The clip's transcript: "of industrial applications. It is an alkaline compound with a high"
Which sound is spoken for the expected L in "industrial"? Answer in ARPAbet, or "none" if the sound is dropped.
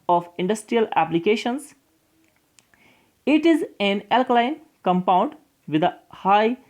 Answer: L